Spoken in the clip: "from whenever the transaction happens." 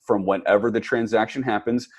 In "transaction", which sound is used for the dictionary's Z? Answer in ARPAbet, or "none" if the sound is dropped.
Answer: Z